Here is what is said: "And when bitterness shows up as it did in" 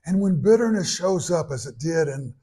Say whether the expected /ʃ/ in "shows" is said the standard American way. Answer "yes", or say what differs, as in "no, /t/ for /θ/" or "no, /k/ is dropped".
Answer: yes